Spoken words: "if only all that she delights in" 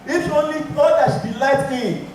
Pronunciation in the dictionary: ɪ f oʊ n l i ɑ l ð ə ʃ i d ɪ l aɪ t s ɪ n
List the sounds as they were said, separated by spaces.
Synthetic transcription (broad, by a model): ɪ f oʊ n l i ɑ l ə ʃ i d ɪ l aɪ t ɪ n